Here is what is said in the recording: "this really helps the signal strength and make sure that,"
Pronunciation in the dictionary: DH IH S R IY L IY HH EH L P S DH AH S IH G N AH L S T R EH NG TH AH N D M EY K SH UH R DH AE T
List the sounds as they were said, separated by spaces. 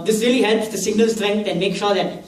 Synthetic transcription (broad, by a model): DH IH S R IY L IY HH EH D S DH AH S IH G N AH L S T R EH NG T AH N M EY K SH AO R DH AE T